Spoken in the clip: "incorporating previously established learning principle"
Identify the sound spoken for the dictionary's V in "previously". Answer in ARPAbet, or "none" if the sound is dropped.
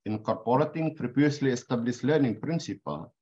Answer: P